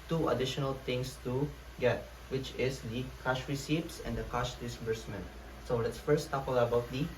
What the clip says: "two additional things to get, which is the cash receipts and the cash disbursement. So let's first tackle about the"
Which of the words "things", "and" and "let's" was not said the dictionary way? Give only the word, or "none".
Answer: things